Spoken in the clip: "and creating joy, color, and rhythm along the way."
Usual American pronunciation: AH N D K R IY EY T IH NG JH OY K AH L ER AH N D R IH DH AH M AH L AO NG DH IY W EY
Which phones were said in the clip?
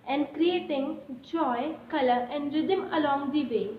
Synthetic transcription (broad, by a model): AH N D K R IY EY T IH NG JH OY K AH L ER AH N D R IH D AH M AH L AO NG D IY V EY